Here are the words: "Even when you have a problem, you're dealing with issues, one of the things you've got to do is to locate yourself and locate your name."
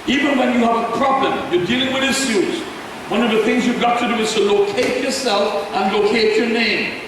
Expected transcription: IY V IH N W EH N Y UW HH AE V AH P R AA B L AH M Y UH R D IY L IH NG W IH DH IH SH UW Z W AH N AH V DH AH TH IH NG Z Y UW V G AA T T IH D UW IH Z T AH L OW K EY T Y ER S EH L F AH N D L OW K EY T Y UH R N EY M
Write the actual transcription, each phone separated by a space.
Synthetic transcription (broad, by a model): IY V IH N W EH N Y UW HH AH V AH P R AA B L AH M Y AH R D IY L IH NG W IH DH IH S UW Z W AH N AH V DH AH TH IH NG Z Y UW V G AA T T IH D UW IH Z T AH L OW K EY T Y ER S EH L F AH N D L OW K EY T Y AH R N EY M